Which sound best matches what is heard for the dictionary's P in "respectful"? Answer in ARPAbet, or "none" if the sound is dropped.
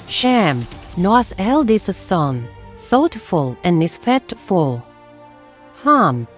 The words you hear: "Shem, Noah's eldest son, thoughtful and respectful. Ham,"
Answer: F